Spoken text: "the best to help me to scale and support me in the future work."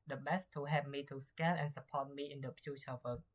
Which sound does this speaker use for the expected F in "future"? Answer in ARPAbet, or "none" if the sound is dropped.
P